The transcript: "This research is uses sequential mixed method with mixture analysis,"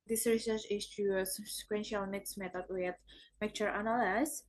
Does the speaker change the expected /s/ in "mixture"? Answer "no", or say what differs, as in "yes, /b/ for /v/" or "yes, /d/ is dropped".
yes, /s/ is dropped